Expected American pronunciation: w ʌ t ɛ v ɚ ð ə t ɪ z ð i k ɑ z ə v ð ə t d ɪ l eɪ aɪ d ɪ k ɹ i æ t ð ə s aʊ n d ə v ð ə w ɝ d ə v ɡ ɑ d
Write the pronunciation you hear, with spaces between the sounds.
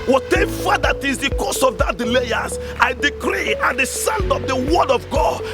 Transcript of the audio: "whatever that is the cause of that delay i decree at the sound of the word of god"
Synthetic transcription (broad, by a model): w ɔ t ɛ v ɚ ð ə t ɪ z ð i k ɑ s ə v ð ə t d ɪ l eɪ aɪ d ɪ k ɹ i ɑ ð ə s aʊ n d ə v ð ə w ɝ d ə v ɡ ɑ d